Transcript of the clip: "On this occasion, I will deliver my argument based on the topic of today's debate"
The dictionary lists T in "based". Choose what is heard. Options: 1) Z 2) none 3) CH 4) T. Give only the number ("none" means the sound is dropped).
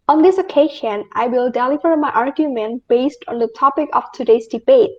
4